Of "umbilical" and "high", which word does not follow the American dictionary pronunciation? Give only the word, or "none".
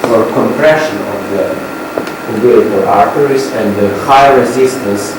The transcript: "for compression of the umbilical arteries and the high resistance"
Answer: umbilical